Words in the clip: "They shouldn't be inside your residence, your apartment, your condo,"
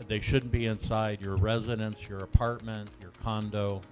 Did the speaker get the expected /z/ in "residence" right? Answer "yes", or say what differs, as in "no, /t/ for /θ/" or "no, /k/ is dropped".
yes